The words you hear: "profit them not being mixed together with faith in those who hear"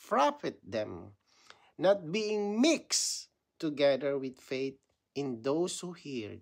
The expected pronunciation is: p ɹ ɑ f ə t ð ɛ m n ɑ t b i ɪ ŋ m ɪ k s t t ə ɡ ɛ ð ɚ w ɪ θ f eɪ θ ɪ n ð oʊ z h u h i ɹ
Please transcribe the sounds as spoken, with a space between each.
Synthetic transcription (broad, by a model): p ɹ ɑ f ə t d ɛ m n ɑ t b i ɪ ŋ m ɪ k s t t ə ɡ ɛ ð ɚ w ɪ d f eɪ t ɪ n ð oʊ s h u h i ɹ